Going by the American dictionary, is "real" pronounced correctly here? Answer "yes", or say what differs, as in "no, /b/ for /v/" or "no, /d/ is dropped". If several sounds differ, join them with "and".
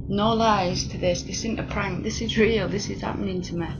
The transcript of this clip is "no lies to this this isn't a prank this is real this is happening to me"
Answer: yes